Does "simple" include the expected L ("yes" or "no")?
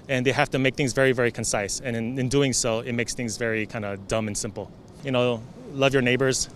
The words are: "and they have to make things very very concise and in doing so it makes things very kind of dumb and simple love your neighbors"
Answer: no